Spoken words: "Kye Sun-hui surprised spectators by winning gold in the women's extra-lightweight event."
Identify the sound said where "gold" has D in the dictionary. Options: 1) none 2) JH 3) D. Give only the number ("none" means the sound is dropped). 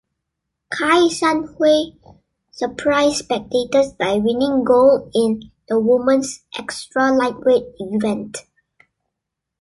1